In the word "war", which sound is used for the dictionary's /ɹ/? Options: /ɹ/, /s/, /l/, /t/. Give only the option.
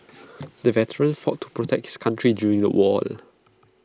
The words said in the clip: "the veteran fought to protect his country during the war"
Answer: /l/